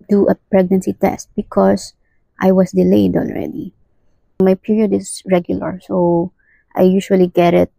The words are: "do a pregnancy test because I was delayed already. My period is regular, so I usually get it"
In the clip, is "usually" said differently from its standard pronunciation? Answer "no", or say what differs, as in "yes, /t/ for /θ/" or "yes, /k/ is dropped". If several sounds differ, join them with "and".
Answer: yes, /ʃ/ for /ʒ/